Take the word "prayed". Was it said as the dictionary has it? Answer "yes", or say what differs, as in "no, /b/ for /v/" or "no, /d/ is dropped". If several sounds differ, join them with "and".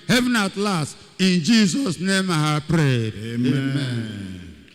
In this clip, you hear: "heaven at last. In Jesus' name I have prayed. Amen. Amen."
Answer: yes